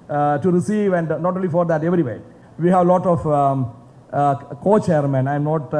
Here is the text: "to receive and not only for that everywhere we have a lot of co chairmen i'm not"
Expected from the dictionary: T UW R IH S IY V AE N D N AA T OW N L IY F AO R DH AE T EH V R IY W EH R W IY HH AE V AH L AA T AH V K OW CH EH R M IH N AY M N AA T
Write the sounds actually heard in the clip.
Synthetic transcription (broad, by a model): T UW R IH S IY V AE N D N AA T OW N L IY F AO R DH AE T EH V R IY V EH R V IY HH AE V L AA T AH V K OW CH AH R M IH N AY M N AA T